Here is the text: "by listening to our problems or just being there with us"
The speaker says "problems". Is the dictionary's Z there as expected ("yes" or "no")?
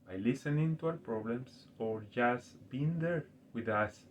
no